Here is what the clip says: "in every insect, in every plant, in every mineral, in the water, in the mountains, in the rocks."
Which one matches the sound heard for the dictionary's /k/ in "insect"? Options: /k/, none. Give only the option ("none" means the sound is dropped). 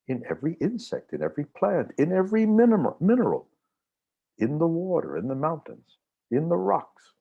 /k/